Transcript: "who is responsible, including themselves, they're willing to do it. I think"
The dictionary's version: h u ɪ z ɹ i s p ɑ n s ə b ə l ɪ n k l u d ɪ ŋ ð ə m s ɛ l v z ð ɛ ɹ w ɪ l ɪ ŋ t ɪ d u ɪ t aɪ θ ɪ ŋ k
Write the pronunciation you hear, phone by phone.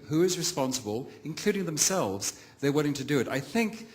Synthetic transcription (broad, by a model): h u ɪ z ɹ i s p ɑ n s ə b ə l ɪ n k l u d ɪ ŋ ð ə m s ɛ l v z ð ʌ ɹ w ɪ l ɪ ŋ t ɪ d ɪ ɪ t aɪ θ ɪ ŋ k